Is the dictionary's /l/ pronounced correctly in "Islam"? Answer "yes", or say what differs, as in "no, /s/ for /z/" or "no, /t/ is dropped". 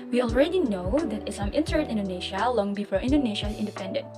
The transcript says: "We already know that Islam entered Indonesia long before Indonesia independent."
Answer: no, /l/ is dropped